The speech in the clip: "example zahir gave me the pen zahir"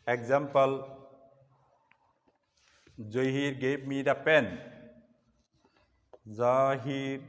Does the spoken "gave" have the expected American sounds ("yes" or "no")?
no